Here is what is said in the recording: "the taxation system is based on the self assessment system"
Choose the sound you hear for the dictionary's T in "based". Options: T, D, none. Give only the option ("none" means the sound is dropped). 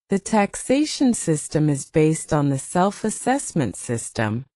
T